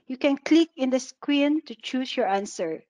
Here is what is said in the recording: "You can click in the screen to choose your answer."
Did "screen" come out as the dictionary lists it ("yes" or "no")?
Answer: no